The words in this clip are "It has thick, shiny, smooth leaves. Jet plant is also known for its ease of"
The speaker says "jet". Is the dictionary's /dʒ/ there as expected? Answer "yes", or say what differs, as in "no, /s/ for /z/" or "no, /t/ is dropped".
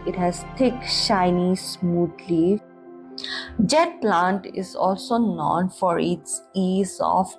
yes